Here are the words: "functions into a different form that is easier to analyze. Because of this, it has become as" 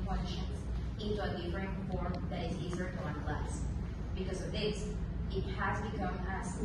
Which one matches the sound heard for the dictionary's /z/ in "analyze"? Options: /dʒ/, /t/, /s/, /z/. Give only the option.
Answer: /s/